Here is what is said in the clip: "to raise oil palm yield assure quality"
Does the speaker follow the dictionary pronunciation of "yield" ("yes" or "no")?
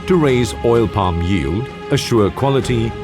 yes